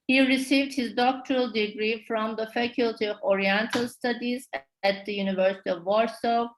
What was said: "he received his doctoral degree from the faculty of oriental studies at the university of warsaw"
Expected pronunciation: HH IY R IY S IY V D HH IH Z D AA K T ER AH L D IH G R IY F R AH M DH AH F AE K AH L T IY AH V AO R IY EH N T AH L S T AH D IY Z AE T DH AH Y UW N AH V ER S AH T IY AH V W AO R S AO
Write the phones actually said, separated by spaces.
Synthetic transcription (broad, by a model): HH IY R IY S IY V D HH IH Z D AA K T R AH L D IH G R IY F R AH M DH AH F AE K AH L T IY AH V AO R IY EH N T AH L S T AH D IY Z AE T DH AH Y UW N AH V ER S AH T IY AH V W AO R S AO